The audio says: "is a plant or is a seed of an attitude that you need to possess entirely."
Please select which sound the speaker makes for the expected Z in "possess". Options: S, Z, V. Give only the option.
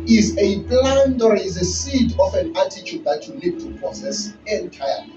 S